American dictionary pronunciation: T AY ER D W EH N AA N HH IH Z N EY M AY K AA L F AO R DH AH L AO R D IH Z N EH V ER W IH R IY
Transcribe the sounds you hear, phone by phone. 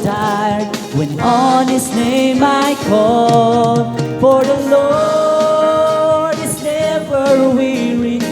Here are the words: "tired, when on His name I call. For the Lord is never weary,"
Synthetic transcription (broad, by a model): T AY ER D W EH N AA N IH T N EY M AY K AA L F AO R DH AH L AO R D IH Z N EH V ER W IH R IY